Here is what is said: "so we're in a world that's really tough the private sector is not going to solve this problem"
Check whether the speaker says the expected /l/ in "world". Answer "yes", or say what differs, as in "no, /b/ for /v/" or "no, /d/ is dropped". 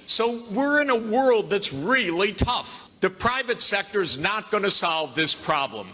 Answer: yes